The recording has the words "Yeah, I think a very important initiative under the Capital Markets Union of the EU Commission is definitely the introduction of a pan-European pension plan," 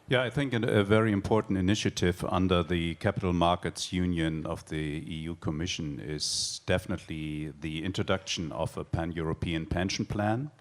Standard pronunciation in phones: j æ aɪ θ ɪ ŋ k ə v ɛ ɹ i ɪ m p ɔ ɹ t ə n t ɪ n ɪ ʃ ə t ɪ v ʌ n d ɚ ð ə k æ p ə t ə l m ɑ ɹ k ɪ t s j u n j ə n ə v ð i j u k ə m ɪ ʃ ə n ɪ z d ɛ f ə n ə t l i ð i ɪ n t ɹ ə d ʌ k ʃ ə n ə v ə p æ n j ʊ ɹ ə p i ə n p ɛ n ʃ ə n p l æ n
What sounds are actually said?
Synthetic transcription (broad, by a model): j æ aɪ θ ɪ ŋ k ə v ɛ ɹ i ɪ m p ɔ ɹ t n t ɪ n ɪ ʃ ə t ɪ v ʌ n d ɚ ð ə k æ p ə t l m ɑ ɹ k ɪ t s j u n j ə n ə v ð i j u k ə m ɪ ʃ ə n ɪ z d ɛ f ə n ə t l i ð i ɪ n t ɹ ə d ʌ k ʃ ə n ə v ə p æ n j ʊ ɹ ə p i ə n p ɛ n ʃ n p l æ n